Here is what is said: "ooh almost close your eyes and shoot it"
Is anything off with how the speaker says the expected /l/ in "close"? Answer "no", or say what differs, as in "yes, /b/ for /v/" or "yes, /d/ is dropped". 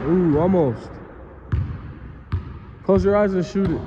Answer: yes, /l/ is dropped